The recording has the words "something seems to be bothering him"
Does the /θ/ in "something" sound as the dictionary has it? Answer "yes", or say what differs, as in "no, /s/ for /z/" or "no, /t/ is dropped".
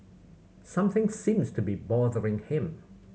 yes